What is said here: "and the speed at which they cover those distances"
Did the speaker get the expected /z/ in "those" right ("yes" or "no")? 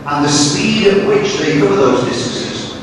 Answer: yes